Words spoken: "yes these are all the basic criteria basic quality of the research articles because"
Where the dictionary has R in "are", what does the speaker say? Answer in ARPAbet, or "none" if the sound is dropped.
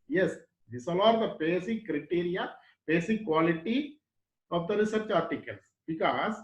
L